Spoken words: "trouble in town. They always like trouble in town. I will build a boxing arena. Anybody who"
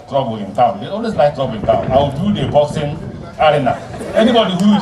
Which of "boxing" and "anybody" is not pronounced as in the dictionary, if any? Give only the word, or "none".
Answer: boxing